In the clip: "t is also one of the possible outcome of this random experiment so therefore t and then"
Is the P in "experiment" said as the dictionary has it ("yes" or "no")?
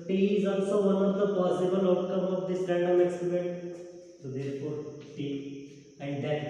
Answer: no